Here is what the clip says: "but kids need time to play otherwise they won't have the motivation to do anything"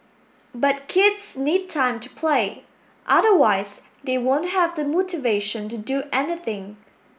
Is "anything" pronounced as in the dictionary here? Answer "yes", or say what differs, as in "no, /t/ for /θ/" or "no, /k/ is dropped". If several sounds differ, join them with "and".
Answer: yes